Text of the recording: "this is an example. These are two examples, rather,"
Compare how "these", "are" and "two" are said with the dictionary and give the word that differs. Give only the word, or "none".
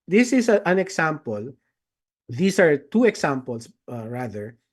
these